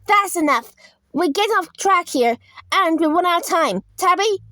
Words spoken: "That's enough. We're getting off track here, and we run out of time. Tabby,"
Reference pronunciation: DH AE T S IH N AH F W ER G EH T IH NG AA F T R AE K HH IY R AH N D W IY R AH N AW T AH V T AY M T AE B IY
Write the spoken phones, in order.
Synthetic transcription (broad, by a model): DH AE T S IH N AH F W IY G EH T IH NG AA F T R AE K HH IY R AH N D W IY W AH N AW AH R T AY M T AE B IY